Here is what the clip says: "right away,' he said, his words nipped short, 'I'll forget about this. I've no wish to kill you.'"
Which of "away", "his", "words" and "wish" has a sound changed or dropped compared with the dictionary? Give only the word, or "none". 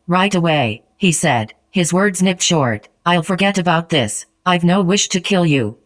none